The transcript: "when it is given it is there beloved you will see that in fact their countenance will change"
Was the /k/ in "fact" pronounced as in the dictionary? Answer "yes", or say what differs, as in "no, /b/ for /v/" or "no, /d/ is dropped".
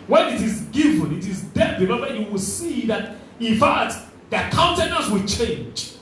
no, /k/ is dropped